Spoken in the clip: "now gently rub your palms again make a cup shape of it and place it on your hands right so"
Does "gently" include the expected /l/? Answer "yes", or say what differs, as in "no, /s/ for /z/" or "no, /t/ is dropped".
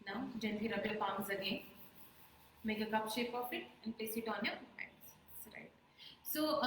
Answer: no, /l/ is dropped